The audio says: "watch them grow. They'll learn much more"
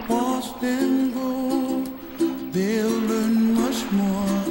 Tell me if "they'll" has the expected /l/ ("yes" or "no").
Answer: yes